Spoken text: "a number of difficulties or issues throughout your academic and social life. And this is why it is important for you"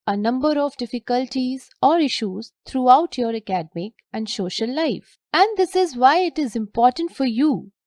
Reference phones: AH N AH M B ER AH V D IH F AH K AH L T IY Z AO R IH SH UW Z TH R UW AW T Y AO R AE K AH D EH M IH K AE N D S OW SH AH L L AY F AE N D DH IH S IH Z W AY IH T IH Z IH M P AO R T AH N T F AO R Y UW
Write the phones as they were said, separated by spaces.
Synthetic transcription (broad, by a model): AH N AH M B ER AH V D IH F AH K AH L T IY Z AO R IH SH UW Z T R UW AW T Y AO R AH K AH D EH M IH K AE N D S OW SH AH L L AY F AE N D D IH S IH Z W AY IH T IH Z IH M P AO R T AH N T F AO R Y UW